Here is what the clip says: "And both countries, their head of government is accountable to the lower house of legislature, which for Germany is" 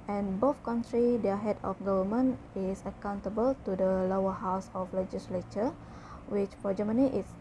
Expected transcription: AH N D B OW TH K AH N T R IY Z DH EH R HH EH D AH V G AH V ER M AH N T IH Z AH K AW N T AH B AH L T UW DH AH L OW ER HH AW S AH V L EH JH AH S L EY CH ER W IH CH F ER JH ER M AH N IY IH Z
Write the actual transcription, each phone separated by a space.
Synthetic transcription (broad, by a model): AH N B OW F K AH N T R IY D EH HH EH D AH F G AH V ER M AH N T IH S AH K AW N T AH B AH L T UW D AH L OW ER HH AW S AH F L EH JH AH S L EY CH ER W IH CH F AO JH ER M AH N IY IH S